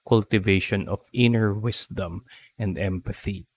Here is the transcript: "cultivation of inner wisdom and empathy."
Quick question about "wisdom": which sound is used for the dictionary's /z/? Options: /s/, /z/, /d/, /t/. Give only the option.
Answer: /s/